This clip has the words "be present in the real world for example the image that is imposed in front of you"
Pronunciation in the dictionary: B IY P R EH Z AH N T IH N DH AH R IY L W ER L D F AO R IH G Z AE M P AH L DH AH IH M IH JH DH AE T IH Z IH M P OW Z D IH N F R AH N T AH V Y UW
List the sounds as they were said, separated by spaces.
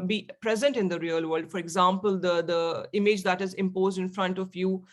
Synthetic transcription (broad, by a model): B IY P R EH Z AH N T IH N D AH R IY L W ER L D F AO R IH G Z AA M P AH L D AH IH M IH JH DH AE T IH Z IH M P OW Z D IH N F R AH N T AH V Y UW